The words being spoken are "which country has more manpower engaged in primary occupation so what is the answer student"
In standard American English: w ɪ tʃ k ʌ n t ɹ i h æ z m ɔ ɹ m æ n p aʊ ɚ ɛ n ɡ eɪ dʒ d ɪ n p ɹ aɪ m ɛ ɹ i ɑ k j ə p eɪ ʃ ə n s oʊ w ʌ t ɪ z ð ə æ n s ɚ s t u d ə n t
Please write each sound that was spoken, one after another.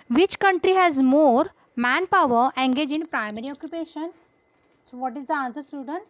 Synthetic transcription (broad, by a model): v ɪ tʃ k ʌ n t ɹ i h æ z m ɔ ɹ m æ n p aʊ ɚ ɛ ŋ ɡ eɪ dʒ ɪ n p ɹ aɪ m ɛ ɹ i ɑ k j ə p eɪ ʃ ə n s oʊ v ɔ t ɪ z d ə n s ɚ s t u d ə n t